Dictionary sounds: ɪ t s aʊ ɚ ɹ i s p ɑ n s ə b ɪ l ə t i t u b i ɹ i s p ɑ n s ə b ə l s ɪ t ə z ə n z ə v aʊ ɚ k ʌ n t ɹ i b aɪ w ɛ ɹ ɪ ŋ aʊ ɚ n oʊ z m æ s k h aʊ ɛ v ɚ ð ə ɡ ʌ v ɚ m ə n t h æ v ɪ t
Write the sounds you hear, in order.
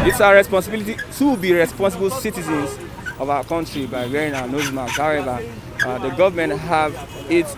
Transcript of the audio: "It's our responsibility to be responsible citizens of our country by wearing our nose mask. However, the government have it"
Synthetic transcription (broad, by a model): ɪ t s aʊ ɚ ɹ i s p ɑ n s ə b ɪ l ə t i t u b i ɹ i s p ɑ n s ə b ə l s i t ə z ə n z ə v aʊ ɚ k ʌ n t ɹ i b aɪ w ɛ ɹ ɪ ŋ aʊ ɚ n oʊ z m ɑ k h aʊ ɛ v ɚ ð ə ɡ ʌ v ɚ m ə n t h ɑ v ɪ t